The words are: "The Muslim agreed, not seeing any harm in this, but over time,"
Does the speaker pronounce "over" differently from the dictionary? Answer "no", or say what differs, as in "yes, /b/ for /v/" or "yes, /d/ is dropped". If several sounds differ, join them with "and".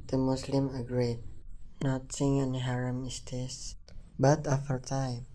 yes, /f/ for /v/